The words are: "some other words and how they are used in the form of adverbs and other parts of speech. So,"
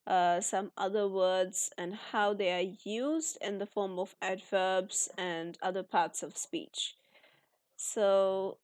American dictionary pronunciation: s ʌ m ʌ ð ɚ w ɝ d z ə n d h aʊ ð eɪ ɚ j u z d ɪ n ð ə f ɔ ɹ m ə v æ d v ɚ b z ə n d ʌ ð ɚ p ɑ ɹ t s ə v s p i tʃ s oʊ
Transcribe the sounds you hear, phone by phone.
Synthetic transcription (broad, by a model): s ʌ m ʌ ð ɚ w ɝ d z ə n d h aʊ ð eɪ ɚ j u z d ɪ n ð ə f ɔ ɹ m ə v æ d v ɚ b z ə n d ʌ ð ɚ p ɑ ɹ t s ə v s p i tʃ s oʊ